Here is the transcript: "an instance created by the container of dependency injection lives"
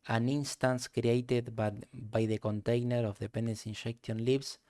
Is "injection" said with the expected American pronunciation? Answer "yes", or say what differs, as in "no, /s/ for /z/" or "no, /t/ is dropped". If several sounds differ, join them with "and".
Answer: no, /ʃ/ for /dʒ/